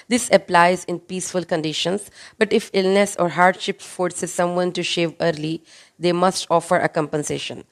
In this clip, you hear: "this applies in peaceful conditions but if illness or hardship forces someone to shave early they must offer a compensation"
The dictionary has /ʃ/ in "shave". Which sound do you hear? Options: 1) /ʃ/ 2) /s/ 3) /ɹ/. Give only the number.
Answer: 1